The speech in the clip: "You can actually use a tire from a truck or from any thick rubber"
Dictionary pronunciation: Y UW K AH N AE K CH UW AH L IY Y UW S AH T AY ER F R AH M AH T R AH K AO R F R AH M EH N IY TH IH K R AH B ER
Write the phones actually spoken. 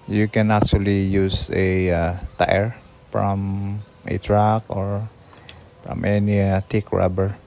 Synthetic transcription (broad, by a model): Y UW K AH N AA K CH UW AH L IY Y UW S AH T AY ER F R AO M AH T R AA K AO R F R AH M EH N IY T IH K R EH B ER